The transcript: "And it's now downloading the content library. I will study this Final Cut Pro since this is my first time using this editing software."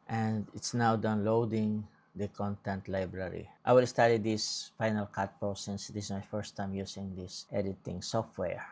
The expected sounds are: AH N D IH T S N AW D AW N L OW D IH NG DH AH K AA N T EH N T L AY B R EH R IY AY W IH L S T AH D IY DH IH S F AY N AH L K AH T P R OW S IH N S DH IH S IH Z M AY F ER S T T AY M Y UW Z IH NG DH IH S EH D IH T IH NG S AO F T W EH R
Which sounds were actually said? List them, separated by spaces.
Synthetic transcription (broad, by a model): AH N D IH T S N AW D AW N L OW D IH NG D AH K AA N T EH N T L AY B R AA R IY AY W IH L S T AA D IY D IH S F AY N AH L K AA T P OW S IH N S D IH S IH S M AY F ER S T T AY M Y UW S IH NG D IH S EH D IH T IH NG S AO F T W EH R